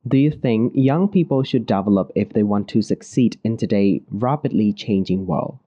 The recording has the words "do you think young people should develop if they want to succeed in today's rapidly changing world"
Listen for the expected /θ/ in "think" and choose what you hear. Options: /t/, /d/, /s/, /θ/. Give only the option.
/θ/